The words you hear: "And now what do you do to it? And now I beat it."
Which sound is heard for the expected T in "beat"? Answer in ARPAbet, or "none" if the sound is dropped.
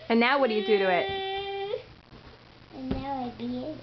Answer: none